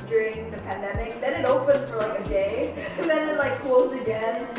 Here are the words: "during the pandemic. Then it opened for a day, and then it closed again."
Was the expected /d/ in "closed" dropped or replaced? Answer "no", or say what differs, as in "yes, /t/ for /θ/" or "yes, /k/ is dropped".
yes, /d/ is dropped